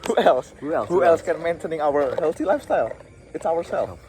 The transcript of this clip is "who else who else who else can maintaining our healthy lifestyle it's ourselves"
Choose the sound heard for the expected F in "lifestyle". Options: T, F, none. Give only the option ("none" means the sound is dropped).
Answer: F